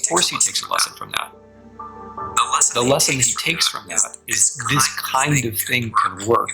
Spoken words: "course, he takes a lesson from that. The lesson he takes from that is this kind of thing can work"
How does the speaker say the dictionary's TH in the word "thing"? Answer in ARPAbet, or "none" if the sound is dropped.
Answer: TH